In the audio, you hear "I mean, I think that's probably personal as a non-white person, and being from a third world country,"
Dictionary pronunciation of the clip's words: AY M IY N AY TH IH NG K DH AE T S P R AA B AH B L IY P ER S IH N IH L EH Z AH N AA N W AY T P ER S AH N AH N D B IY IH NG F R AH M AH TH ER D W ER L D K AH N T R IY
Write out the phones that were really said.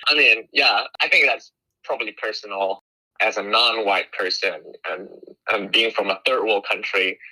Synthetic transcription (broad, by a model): AY M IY N AY TH IH NG K DH AE T S P R AA B AH B L IY P ER S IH N L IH Z AH N AA N W AY T P ER S AH N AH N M B IY IH NG F R AH M AH TH ER D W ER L K AH N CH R IY